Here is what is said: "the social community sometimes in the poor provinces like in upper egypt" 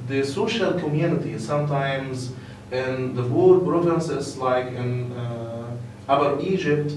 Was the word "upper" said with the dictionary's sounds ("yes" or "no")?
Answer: no